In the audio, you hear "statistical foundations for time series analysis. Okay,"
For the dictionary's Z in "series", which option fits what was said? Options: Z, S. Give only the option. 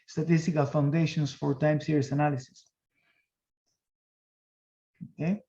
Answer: S